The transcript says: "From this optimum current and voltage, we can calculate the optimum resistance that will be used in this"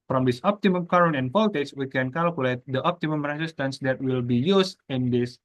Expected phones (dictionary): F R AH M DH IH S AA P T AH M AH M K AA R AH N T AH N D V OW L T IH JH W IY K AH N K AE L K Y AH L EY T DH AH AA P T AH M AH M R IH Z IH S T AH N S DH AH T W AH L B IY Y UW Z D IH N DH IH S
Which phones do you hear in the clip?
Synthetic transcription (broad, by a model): F R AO M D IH S AA P T AH M AH M K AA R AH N AH N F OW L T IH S W IY K AH N K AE L K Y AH L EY T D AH AA P T AH M AH M R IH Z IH S T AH N S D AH T W AH L B IY Y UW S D IH N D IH S